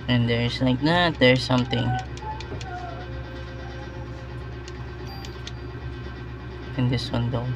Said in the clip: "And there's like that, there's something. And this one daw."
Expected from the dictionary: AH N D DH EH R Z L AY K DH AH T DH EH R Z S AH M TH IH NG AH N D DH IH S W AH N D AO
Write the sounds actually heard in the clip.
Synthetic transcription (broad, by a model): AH N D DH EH R S L AY K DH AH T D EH R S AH M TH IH NG AH N D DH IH S W AH N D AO